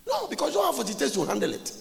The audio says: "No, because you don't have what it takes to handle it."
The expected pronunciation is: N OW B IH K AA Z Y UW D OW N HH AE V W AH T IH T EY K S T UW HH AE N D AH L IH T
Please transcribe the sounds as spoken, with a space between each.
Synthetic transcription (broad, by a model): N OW B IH K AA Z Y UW D OW N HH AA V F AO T IH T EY S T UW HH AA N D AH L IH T